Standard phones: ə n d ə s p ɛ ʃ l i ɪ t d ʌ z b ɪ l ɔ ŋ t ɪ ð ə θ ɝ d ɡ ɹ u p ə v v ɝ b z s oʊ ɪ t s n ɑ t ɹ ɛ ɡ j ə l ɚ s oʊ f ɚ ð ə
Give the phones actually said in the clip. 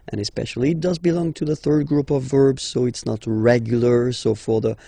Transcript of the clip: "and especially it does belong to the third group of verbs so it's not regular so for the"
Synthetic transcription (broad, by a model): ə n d ə s p ɛ ʃ l i ɪ t d ʌ z b ɪ l ɔ ŋ t ɪ ð ə θ ɝ d ɡ ɹ u p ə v v ɝ b z s oʊ ɪ t s n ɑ t ɹ ɛ ɡ j l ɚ s oʊ f ɚ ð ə